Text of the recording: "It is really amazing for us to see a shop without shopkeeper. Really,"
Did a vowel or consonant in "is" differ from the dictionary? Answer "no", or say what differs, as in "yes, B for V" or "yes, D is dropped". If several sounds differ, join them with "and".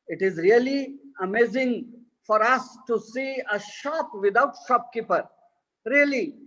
no